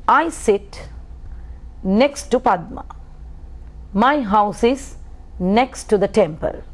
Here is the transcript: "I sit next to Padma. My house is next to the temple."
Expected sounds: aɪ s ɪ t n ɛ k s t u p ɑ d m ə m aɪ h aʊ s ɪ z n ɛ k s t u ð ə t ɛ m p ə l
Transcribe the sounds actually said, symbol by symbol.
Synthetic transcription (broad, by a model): aɪ s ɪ t n ɛ k s t u p ɑ d m ə m aɪ h aʊ s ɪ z n ɛ k s t u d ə t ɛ m p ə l